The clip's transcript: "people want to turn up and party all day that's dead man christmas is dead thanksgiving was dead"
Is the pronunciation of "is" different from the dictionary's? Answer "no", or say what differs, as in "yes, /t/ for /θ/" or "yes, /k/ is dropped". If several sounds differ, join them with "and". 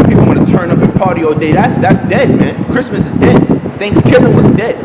no